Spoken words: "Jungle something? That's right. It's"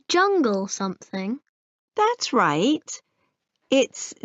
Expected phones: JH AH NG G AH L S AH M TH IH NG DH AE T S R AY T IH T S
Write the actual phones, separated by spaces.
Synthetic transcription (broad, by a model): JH AH NG G AH L S AH M TH IH NG DH AE T S R AY T IH T S